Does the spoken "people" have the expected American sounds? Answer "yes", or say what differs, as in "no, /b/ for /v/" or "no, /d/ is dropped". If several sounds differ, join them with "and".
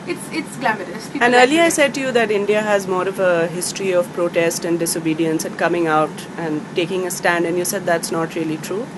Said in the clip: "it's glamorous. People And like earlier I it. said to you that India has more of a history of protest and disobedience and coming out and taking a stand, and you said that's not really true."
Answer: no, /n/ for /l/